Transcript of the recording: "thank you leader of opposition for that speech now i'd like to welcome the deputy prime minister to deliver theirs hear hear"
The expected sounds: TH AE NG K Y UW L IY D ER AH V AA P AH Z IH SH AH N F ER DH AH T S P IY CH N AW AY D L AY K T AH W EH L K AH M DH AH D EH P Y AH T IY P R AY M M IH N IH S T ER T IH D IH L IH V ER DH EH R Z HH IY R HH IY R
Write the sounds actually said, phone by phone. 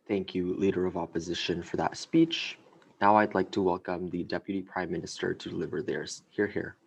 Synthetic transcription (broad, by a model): TH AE NG K Y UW L IY D ER AH V AA P AH Z IH SH AH N F ER DH AH T S P IY CH N AW AY D L AY K T AH W EH L K AH M DH AH D EH P Y AH T IY P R AY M M IH N IH S T ER T IH D IH L IH V ER DH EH R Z HH IY R HH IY R